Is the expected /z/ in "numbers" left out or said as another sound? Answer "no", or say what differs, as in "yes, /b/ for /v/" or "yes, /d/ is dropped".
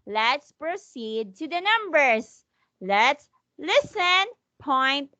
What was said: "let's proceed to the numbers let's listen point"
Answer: yes, /s/ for /z/